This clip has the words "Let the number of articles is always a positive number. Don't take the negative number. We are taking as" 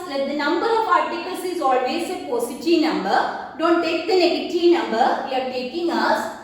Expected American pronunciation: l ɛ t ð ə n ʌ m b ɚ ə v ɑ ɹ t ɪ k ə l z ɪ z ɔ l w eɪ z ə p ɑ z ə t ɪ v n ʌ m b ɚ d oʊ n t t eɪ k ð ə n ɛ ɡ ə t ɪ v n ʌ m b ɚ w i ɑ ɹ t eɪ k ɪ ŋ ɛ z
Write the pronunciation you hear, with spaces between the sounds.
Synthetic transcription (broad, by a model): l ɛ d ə n ʌ m b ɚ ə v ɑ ɹ t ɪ k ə l s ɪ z ɔ l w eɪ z ə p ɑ s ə t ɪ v n ʌ m b ɚ d oʊ n t t eɪ k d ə n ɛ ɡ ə t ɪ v n ʌ m b ɚ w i ɑ ɹ t eɪ k ɪ ŋ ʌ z